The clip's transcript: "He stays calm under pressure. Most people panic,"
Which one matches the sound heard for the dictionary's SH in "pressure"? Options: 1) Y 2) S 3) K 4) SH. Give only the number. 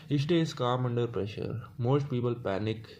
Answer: 4